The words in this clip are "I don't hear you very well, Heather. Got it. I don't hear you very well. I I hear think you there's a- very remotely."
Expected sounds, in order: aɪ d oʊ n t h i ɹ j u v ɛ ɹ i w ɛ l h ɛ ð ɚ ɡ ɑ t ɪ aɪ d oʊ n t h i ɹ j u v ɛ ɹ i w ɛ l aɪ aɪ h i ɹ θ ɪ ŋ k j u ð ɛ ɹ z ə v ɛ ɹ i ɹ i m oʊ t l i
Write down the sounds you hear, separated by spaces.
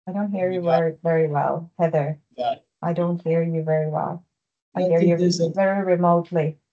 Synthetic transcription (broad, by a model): aɪ d oʊ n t h i ɹ j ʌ v ɛ ɹ i w ɛ l h ɛ ð ɚ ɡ ɑ ɪ d oʊ n t h i ɹ j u v ɛ ɹ i w ɛ l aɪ aɪ h i ɹ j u ə v ɛ ɹ i ɹ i m oʊ t l i